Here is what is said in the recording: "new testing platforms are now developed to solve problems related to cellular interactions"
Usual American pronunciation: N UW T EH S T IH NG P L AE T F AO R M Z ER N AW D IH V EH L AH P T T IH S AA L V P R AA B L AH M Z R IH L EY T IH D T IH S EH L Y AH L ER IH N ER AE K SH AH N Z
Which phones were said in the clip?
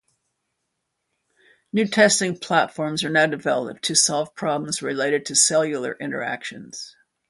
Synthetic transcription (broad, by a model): N UW T EH S T IH NG P L AE T F AO R M Z ER N AW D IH V EH L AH P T T IH S AA L V P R AA B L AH M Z R IH L EY T IH D T IH S EH L Y L ER IH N ER AE K SH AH N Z